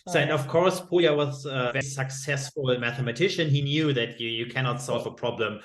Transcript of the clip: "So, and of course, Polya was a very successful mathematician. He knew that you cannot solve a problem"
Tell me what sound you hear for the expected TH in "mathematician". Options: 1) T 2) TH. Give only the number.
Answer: 2